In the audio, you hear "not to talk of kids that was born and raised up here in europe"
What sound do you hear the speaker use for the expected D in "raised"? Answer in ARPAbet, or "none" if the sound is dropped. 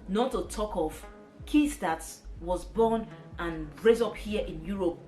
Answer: none